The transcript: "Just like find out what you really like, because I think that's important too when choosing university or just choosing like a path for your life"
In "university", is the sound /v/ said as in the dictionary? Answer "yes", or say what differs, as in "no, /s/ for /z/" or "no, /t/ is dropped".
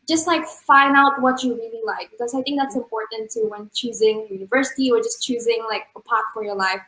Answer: yes